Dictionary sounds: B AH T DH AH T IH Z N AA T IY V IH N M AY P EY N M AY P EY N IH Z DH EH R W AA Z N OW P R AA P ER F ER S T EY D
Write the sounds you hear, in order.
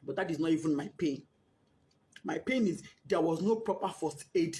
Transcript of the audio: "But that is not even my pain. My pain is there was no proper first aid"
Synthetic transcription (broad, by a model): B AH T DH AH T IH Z N AA T IY V IH N M AY P EY N M AY P EY N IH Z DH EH W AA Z N OW P R AA P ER F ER S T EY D